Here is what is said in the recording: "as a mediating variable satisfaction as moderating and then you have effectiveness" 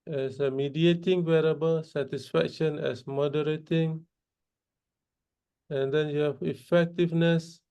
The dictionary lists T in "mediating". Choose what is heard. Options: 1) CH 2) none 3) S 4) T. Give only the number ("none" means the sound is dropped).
4